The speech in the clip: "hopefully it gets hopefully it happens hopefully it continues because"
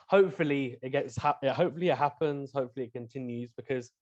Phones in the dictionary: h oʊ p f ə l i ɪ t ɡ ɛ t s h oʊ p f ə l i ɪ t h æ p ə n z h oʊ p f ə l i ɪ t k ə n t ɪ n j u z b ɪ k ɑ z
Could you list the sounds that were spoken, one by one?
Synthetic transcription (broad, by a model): h oʊ p f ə l i ɪ t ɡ ɛ t s h oʊ p f ə l i ɪ t h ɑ p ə n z h oʊ p f ə l i ɪ t k ə n t ɪ n j u z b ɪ k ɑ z